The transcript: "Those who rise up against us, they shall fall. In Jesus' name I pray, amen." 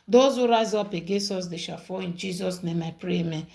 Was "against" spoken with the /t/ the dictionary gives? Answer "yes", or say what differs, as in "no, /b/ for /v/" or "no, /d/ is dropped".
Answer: no, /t/ is dropped